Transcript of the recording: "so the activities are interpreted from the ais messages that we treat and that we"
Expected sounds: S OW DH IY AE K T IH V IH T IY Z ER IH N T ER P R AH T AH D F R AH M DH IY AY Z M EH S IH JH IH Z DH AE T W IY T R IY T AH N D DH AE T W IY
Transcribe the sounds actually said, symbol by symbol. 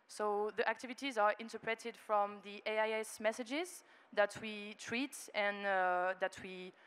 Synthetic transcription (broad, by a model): S OW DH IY AE K T IH V IH T IY Z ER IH N T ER P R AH T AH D F R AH M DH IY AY S M EH S IH JH IH Z DH AE T W IY T R IY T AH N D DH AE T W IY